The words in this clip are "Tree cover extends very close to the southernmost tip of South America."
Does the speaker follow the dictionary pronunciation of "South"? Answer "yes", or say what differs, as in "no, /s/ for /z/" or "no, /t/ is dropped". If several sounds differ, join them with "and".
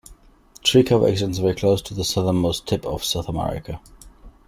yes